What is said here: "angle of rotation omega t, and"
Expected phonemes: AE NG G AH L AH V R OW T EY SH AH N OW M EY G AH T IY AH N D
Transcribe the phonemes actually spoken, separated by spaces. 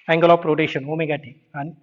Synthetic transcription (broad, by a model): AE NG G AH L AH P R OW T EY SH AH N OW M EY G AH T IY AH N